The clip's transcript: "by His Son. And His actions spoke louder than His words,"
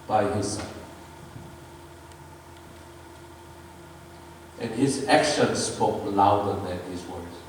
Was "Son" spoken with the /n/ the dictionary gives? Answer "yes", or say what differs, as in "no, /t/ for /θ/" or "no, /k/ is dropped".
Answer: no, /n/ is dropped